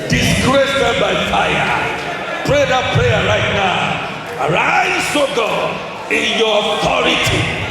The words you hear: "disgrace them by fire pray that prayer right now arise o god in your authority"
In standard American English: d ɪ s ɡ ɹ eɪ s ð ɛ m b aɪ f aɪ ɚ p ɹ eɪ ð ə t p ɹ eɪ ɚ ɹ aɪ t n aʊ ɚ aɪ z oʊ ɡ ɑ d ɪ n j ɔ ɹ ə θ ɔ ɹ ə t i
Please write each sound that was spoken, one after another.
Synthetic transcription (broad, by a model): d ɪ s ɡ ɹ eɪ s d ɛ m b aɪ f aɪ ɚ p ɹ eɪ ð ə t p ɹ eɪ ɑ ɹ aɪ t n aʊ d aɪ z oʊ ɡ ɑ ɪ n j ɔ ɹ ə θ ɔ ɹ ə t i